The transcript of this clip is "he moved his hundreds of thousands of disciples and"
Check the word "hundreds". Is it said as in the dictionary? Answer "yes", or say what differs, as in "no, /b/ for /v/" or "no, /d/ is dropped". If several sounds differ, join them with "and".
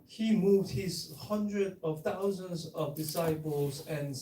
no, /z/ is dropped